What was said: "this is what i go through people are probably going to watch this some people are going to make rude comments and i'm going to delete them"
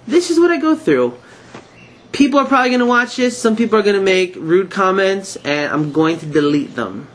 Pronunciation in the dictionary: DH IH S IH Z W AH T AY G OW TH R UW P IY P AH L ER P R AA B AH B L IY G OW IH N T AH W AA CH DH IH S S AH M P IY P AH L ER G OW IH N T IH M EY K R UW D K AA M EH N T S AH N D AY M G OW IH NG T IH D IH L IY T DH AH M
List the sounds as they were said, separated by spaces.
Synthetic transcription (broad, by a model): DH IH S IH Z W AH T AY G OW TH R UW P IY P L ER P R AA B AH B L IY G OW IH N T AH W AA CH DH IH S S AH M P IY P L ER G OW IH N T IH M EY K R UW D K AA M EH N T S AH N AY M G OW IH NG T IH D IH L IY T DH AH M